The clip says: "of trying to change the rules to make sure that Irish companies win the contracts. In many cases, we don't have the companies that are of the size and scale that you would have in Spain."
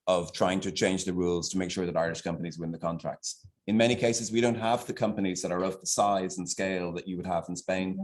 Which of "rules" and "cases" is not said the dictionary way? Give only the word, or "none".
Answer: none